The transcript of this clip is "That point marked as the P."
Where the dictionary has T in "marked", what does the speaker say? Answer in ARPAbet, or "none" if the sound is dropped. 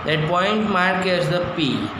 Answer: none